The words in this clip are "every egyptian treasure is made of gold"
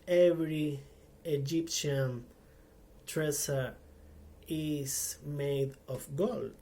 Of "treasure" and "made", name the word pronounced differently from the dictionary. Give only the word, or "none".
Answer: treasure